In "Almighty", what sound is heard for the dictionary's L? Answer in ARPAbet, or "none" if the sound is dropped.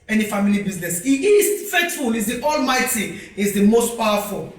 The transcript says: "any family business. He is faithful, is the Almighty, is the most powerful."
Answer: L